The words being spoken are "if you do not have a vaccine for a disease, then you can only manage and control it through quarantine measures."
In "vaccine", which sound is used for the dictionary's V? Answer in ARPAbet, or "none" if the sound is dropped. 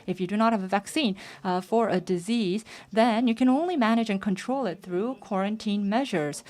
V